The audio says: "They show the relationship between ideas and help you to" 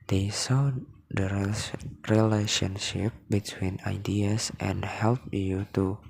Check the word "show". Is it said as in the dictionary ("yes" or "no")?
no